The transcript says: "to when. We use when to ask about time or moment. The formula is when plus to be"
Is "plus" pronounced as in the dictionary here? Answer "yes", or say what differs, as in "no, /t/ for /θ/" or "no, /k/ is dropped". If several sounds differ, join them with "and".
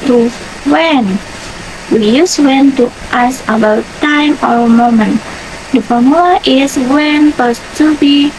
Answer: no, /l/ is dropped